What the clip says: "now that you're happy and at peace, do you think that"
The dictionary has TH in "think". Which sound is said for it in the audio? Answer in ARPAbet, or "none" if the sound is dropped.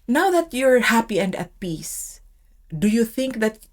TH